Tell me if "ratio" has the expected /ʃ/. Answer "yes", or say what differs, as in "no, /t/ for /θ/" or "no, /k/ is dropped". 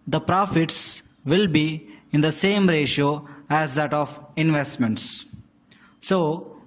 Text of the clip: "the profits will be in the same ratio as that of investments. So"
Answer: yes